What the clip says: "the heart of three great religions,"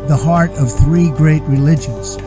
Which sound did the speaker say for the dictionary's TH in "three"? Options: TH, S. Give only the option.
TH